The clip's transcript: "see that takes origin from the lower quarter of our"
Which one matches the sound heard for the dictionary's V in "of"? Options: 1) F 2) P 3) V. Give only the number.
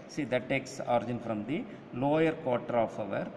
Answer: 3